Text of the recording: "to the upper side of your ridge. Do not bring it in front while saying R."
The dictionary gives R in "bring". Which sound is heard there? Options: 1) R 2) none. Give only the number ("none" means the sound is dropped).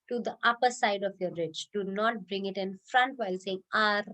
1